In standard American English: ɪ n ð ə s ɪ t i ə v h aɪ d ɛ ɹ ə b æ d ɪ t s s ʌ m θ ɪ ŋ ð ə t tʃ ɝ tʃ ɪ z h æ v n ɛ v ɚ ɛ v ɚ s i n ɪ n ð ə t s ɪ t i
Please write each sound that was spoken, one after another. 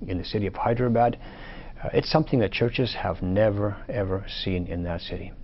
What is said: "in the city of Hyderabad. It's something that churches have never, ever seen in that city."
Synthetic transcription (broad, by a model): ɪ n ð ə s ɪ t i ə v h aɪ d ɹ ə b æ d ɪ t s s ʌ m θ ɪ ŋ ð ə t tʃ ɝ tʃ ɪ z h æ v n ɛ v ɚ ɛ v ɚ s i n ɪ n ð ə t s ɪ t i